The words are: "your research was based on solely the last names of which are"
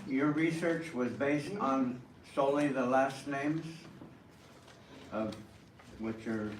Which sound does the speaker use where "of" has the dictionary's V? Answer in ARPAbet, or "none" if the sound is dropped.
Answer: V